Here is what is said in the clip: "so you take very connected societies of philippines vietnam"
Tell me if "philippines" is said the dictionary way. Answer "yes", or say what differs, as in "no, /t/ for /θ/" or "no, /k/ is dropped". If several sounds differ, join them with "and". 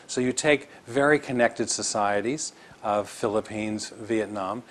yes